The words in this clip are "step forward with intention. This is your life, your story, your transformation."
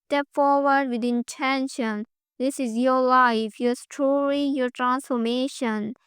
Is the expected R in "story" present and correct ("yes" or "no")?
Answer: no